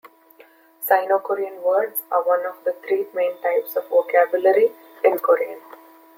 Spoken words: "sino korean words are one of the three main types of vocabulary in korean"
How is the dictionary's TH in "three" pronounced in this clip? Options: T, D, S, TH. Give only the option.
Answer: T